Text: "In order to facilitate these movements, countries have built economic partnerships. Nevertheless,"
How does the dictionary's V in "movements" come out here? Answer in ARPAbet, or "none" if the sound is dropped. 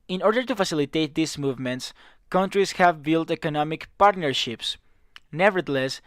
V